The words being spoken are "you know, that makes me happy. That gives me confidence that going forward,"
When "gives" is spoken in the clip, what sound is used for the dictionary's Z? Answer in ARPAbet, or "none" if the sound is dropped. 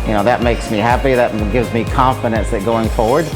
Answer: Z